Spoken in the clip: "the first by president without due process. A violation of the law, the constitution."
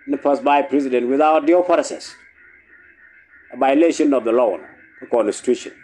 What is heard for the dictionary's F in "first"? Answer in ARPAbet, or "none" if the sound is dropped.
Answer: P